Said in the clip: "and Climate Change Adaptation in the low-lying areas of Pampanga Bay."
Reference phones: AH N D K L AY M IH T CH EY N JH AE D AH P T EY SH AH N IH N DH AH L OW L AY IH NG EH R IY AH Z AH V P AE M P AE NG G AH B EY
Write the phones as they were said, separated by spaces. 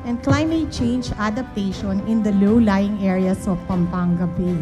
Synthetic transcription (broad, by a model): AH N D K L AY M IH T CH EY N JH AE D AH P T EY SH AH N IH N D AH L OW L AY IH NG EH R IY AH S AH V P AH M P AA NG G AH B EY